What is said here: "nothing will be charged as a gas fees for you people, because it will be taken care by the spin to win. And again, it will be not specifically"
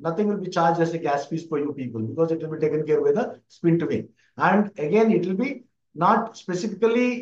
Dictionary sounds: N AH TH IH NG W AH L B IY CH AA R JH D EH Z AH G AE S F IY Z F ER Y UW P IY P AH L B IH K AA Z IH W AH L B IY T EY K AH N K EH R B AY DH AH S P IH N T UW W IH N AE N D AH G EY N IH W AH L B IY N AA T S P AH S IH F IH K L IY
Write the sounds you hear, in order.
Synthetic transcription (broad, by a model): N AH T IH NG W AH L B IY CH AA R JH EH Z AH G AE S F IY S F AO Y UW P IY P AH L B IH K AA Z IH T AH L B IY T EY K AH N K EH R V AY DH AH S P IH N T UW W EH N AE N D AH G EY N IH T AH L B IY N AA T S P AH S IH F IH K L IY